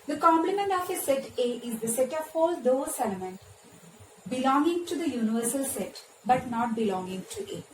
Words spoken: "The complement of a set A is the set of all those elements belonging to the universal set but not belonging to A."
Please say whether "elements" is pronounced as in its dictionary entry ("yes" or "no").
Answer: no